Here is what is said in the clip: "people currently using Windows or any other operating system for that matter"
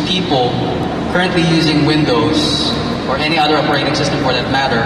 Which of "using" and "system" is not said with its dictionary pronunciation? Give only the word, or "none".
none